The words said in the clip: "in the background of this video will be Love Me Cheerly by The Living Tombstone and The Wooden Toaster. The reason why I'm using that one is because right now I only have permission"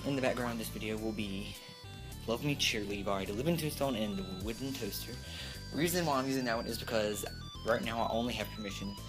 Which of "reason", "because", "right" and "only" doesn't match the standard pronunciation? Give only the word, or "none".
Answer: none